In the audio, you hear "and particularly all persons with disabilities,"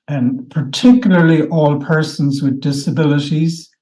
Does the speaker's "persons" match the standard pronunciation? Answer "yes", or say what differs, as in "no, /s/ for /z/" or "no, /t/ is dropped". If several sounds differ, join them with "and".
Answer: yes